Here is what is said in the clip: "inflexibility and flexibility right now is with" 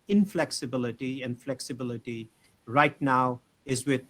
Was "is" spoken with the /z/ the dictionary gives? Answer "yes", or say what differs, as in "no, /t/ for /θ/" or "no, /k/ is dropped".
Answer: yes